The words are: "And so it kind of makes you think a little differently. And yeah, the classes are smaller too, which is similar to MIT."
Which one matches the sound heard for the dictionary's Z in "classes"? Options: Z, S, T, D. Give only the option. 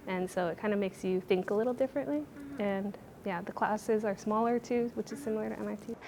Z